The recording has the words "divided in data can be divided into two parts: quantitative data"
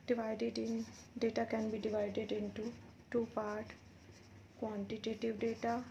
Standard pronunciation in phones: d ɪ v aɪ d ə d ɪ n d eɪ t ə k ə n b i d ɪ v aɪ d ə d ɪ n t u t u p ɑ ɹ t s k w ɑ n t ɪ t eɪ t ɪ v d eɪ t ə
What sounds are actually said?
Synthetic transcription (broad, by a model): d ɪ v aɪ d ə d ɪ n d eɪ t ə k ə n b i d ɪ v aɪ d ə d ɪ n t u t u p ɑ ɹ t k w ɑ n t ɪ t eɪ t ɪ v d eɪ t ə